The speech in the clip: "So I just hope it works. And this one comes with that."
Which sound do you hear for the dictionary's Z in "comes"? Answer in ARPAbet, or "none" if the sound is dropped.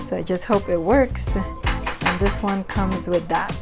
Z